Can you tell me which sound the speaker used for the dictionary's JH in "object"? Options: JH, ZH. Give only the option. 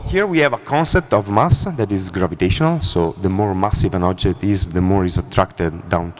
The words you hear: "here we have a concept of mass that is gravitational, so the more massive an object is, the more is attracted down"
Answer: JH